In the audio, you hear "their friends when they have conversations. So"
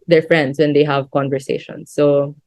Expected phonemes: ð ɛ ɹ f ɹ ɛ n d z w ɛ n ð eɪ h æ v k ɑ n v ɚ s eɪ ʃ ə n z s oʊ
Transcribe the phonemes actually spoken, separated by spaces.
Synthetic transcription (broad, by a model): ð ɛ ɹ f ɹ ɛ n d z w ɛ n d eɪ h æ v k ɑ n v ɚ s eɪ ʃ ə n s oʊ